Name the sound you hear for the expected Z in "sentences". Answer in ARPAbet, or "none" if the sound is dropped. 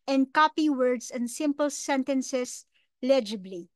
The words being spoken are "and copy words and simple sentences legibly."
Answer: S